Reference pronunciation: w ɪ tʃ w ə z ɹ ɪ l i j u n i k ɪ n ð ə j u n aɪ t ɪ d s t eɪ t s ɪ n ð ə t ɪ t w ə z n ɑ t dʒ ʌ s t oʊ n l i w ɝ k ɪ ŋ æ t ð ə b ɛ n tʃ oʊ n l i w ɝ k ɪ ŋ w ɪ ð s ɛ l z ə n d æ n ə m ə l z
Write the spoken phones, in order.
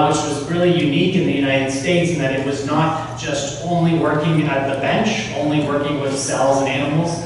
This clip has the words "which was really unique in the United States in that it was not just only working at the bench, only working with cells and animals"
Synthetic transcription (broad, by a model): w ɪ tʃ w ə z ɹ ɪ l i j u n i k ɪ n ð ə j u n aɪ t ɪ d s t eɪ t s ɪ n ð ə t ɪ t w ə z n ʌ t ʒ ʌ s t oʊ n l i w ɝ k ɪ ŋ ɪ t ð ə b ɛ n tʃ oʊ n l i w ɝ k ɪ ŋ w ɪ ð s ɛ l z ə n æ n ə m l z